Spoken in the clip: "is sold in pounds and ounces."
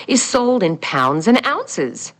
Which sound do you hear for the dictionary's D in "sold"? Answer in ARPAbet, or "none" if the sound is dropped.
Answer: D